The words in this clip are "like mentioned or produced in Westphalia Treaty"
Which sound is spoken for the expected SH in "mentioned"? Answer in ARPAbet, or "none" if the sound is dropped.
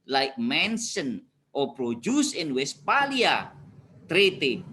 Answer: S